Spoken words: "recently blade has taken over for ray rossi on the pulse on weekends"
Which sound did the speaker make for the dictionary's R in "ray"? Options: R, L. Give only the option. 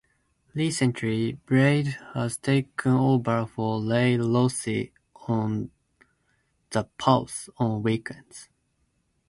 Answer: L